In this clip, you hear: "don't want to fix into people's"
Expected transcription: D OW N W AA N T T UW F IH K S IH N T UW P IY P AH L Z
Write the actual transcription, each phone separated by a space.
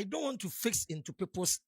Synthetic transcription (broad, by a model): D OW N W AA N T T UW F IH K S IH N T UW P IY P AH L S